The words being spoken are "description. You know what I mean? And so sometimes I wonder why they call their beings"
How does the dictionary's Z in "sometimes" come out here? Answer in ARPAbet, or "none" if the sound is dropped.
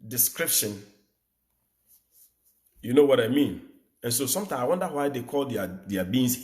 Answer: none